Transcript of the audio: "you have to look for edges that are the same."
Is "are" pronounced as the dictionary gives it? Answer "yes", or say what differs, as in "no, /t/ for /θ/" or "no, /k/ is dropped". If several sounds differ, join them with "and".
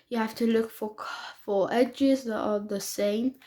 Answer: no, /l/ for /ɹ/